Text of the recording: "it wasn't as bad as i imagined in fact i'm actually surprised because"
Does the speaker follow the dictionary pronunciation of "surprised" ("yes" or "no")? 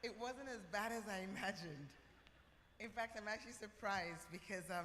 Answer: yes